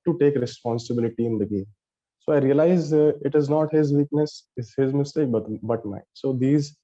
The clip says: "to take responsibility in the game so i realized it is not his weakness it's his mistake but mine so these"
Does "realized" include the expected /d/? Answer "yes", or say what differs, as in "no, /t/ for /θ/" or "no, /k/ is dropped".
no, /d/ is dropped